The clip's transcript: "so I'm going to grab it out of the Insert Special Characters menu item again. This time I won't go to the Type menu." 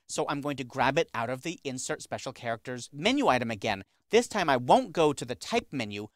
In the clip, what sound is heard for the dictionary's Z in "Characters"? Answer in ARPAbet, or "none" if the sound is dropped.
Z